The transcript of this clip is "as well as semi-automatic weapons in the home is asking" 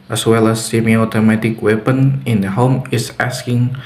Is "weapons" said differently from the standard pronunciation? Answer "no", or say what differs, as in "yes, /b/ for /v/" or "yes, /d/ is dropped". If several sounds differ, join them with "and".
yes, /z/ is dropped